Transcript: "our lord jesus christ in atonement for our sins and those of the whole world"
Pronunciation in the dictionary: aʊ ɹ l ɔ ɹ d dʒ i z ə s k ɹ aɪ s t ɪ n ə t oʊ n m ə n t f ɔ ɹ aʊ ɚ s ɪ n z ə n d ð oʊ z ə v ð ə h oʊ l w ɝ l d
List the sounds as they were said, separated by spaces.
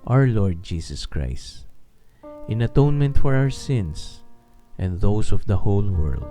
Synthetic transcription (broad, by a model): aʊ ɹ l ɔ ɹ d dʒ i s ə s k ɹ aɪ s t ɪ n ə t oʊ n m ə n t f ɔ ɹ aʊ ɚ s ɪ n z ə n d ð oʊ s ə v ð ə h oʊ l w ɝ l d